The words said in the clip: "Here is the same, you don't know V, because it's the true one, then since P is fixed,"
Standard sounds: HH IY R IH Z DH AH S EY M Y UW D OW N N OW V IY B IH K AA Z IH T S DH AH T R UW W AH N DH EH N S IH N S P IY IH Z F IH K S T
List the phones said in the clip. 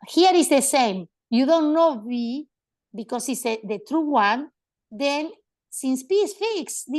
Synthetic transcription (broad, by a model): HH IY R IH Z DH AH S EY M Y UW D OW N N OW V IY B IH K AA S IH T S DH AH T R UW W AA N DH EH N S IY N S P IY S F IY K S